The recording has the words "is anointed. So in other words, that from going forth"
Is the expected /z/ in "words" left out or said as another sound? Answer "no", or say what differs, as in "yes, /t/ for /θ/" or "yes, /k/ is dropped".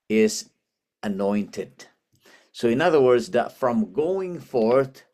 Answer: no